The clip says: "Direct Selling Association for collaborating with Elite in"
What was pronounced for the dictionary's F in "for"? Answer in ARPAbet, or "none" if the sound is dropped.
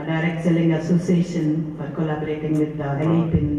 P